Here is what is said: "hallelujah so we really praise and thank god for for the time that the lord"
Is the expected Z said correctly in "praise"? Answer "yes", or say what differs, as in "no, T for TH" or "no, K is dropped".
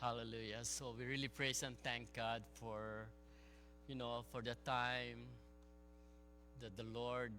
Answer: no, S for Z